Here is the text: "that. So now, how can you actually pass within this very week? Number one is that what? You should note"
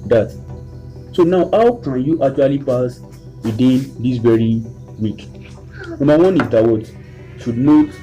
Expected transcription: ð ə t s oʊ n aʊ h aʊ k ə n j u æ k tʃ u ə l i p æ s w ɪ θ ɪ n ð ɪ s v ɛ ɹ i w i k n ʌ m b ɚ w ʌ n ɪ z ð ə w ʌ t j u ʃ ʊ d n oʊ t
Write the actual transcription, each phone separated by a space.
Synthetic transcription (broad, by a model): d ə t s oʊ n aʊ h aʊ k ə n j u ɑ k tʃ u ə l i p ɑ s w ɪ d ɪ n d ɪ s v ɛ ɹ i w i k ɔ m ɑ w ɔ n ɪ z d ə w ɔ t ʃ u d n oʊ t